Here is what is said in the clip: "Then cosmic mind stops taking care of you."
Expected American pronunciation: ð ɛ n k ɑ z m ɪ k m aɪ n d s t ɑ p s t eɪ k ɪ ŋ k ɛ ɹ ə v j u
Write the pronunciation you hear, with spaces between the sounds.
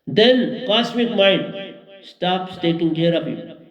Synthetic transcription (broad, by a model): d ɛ n k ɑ s m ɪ k m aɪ n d s t ɑ p s t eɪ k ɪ ŋ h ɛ ɹ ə p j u